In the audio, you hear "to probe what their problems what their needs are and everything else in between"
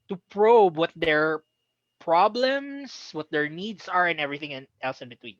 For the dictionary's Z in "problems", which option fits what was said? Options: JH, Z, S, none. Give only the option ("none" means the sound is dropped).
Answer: S